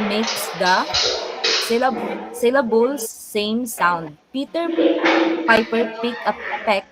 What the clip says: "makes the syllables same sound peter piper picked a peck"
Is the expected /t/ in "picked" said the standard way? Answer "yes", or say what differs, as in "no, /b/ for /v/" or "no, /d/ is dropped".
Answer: no, /t/ is dropped